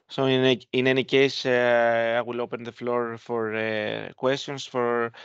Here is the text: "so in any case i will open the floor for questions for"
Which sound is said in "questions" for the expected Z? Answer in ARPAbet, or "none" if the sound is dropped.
S